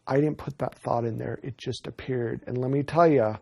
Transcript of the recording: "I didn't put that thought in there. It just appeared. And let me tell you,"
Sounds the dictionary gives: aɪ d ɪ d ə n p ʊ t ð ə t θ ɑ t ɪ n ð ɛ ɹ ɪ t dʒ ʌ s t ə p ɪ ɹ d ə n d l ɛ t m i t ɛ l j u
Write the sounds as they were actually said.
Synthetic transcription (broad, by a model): aɪ d ɪ d n p ʊ t ð ə t θ ɑ t ɪ n ð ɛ ɹ ɪ t dʒ ʌ s t ə p ɪ ɹ d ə n l ɛ t m i t ɛ l j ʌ